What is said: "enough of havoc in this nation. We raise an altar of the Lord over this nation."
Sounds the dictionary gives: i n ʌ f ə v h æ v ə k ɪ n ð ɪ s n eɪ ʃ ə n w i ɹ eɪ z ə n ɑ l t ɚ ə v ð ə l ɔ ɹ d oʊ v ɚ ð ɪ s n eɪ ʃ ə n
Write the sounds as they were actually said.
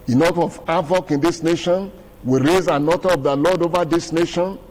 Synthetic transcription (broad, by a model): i n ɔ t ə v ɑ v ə k ɪ n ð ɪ s n eɪ ʃ ə n w i ɹ eɪ z ə n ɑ t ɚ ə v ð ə l ɔ d oʊ v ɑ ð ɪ s n eɪ ʃ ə n